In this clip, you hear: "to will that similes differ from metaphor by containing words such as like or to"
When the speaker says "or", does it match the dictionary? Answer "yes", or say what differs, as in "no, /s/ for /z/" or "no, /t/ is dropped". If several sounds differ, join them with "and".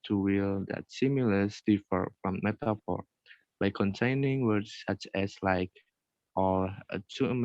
no, /l/ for /ɹ/